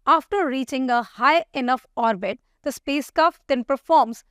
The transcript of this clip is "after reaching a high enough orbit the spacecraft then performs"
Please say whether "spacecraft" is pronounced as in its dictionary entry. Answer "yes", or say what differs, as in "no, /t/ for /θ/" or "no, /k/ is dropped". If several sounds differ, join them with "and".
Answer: no, /ɹ/ is dropped